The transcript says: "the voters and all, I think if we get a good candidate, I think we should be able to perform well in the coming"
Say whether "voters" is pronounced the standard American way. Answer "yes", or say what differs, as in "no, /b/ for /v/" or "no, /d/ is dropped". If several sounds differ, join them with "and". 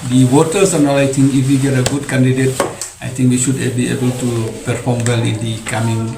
no, /w/ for /v/ and /s/ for /z/